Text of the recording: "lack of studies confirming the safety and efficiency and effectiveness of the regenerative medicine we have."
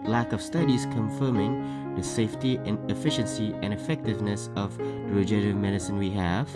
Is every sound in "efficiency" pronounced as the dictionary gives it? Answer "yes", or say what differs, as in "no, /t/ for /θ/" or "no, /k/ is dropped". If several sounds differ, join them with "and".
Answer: yes